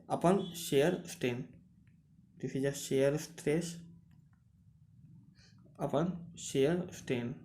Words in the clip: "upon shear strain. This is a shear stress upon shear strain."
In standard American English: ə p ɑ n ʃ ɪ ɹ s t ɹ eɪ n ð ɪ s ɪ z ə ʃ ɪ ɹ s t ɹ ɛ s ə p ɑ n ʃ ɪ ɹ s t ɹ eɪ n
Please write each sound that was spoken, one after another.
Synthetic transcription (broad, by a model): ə p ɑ n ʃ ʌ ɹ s t eɪ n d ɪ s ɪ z ə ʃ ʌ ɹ s t ɹ ɛ s ə p ɑ n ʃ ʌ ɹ s t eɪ n